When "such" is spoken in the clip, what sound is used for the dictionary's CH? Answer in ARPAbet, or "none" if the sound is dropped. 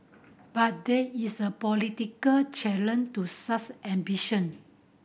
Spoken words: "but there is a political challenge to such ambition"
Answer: S